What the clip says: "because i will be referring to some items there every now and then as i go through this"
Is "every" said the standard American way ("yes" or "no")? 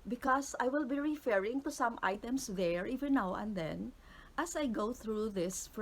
no